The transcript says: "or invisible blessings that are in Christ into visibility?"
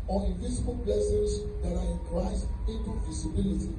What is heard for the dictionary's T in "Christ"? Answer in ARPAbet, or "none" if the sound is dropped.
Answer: none